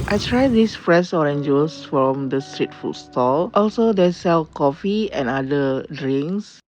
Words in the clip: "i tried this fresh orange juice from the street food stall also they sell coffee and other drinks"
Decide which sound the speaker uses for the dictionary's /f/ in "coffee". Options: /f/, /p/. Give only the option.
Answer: /f/